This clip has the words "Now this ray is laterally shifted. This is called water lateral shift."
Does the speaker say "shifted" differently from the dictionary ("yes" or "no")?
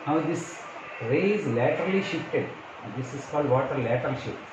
no